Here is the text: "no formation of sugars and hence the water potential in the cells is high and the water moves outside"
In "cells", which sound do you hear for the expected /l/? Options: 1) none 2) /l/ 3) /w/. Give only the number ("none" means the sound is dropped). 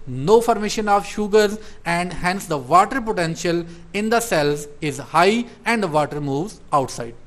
2